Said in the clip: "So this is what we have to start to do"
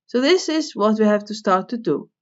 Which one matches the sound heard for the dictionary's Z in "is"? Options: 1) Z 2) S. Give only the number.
1